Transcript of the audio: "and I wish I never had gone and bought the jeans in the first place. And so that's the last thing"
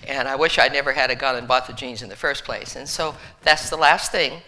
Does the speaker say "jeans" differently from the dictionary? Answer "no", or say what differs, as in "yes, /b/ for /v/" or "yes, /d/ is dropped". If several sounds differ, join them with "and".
no